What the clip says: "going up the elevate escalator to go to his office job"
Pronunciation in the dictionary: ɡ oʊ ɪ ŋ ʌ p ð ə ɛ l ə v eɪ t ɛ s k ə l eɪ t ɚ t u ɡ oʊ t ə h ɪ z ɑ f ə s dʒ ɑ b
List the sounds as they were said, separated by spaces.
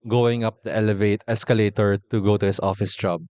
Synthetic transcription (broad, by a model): ɡ oʊ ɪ ŋ ʌ p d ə ɛ l ə v eɪ t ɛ s k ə l eɪ t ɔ t u ɡ oʊ t ə h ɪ s ɑ f ə s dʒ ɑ b